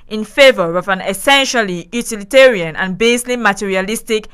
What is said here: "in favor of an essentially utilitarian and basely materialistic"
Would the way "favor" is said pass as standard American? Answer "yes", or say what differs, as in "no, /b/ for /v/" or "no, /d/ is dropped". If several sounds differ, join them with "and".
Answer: yes